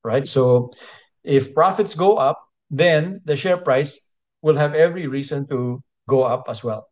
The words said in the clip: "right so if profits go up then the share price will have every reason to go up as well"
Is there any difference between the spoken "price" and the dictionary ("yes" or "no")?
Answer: no